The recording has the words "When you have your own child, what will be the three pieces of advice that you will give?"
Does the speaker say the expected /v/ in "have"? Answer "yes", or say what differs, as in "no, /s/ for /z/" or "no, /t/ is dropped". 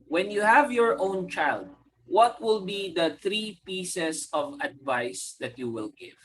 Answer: yes